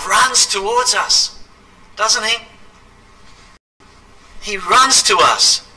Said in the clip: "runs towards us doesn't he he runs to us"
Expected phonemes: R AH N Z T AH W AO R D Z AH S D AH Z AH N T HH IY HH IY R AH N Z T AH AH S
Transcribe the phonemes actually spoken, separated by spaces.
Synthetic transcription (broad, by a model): R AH N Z T AH W AO R D Z AH S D AH Z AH N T HH IY HH IY R AH N Z T AH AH S